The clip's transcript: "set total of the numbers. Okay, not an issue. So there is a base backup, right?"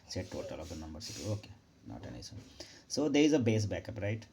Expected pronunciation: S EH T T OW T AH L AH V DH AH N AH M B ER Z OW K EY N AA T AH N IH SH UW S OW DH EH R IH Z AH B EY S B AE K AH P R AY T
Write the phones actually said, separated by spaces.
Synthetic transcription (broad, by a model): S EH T T OW T AH L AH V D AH N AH M B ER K OW K EY N AA T AH N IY S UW S OW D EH R IH Z AH B EY S B AE K AH P R AY T